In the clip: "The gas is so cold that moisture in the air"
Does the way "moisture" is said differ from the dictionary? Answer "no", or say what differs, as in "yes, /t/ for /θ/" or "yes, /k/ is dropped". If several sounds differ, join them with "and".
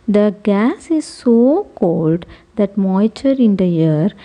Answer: yes, /s/ is dropped